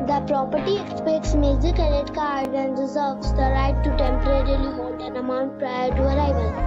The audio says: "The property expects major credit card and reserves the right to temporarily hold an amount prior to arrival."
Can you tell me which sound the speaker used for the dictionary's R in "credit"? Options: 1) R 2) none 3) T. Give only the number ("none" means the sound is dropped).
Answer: 2